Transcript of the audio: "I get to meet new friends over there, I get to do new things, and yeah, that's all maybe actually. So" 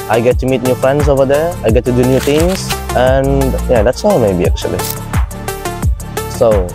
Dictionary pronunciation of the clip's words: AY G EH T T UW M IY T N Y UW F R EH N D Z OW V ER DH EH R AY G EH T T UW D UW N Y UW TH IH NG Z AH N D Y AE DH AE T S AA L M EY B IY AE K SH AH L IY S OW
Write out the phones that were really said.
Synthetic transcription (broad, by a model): AY G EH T T UW M IY T N Y UW F R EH N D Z OW V ER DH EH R AY G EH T T UW D UW N Y UW T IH NG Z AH N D Y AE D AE T S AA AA M EY B IY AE K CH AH L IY S OW